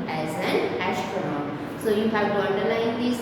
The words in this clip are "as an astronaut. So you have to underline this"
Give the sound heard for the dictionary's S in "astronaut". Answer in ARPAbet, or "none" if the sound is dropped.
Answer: SH